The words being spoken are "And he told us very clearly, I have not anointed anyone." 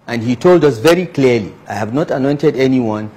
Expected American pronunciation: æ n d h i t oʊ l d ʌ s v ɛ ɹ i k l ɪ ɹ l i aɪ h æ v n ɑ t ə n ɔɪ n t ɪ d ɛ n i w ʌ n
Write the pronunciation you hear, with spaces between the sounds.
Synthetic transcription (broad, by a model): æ n d h i t oʊ l d ʌ s v ɛ ɹ i k l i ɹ l i aɪ h æ v n ɑ t ə n ɔɪ n t ɪ d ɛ n i w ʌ n